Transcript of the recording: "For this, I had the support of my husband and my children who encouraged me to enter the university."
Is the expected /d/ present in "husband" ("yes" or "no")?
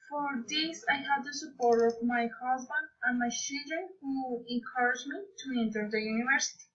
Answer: yes